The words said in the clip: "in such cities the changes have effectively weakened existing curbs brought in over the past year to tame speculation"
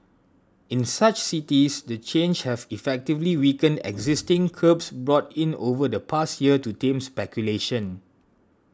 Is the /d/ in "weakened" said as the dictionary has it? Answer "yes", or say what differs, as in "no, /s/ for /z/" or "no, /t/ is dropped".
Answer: yes